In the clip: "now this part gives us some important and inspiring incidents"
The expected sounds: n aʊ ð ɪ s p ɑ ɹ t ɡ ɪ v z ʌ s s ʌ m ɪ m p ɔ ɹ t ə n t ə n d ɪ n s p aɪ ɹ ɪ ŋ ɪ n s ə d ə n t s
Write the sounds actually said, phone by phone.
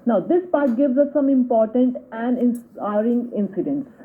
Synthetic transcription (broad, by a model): n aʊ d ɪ s p ɑ ɹ t ɡ ɪ v z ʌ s s ʌ m ɪ m p ɔ ɹ t ə n t ə n d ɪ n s aɪ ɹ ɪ ŋ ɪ n s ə d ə n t s